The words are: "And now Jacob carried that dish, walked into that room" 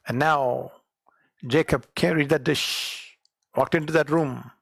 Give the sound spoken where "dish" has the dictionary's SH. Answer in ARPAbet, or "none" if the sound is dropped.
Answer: SH